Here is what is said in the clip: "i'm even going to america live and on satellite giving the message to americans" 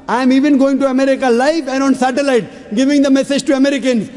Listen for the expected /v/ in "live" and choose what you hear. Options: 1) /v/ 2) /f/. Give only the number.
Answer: 2